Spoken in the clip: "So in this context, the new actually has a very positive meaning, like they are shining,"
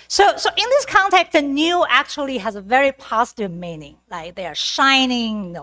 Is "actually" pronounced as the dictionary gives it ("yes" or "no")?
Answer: yes